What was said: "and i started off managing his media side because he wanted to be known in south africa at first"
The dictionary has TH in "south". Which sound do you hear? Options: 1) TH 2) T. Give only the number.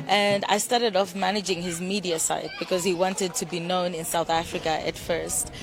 1